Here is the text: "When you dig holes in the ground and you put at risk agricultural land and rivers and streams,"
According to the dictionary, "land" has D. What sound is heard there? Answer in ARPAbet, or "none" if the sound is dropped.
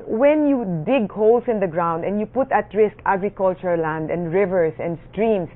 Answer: D